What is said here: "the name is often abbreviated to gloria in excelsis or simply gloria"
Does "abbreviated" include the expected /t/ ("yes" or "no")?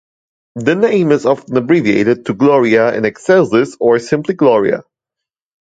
yes